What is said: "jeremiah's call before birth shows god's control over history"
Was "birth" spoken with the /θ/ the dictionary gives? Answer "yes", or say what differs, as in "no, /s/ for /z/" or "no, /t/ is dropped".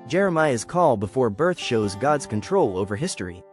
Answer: yes